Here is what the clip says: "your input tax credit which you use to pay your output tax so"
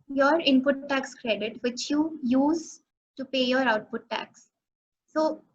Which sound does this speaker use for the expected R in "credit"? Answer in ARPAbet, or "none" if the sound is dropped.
R